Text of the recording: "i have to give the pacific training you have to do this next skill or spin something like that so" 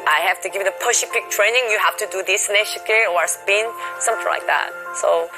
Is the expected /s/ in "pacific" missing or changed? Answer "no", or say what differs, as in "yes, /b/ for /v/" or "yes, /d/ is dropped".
yes, /ʃ/ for /s/